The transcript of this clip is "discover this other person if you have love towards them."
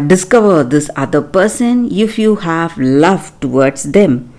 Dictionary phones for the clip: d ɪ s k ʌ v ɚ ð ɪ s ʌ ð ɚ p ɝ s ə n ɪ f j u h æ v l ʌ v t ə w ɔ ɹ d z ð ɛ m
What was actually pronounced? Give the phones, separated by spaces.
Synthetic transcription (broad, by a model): d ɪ s k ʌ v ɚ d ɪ s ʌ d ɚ p ɝ s ə n ɪ f j u h æ v l ʌ v t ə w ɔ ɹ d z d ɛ m